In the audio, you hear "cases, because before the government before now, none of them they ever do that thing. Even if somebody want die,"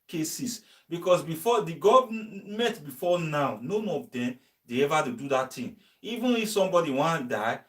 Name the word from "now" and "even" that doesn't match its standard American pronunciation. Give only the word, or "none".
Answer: none